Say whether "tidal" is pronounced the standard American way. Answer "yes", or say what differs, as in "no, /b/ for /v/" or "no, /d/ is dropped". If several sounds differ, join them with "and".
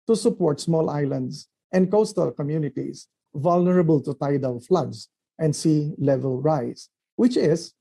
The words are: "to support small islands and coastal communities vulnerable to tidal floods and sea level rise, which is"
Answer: no, /w/ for /l/